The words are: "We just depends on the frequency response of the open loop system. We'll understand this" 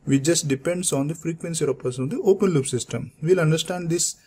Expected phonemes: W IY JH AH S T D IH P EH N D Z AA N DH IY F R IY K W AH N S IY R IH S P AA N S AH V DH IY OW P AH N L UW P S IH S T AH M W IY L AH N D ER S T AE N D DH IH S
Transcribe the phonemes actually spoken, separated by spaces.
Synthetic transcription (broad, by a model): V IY JH AH S T D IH P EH N D S AA N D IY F R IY K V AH N S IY R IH P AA S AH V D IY OW P AH N L UW P S IH S T AH M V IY L AH N D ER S T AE N D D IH S